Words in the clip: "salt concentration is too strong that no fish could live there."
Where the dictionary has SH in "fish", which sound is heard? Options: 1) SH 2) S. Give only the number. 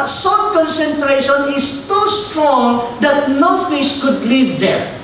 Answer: 2